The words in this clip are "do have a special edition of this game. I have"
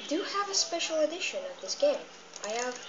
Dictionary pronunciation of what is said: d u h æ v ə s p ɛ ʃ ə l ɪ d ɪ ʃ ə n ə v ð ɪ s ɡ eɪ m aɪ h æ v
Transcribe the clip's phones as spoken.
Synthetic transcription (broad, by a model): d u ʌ v ə s p ɛ ʃ l ɪ d ɪ ʃ ə n ə v ð ɪ s ɡ eɪ m aɪ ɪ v